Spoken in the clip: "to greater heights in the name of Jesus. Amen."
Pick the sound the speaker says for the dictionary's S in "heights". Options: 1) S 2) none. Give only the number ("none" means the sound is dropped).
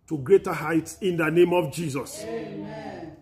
1